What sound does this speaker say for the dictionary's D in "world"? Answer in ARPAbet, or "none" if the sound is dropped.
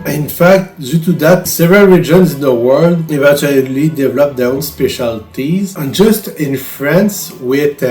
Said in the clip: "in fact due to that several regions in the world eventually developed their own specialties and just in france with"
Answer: D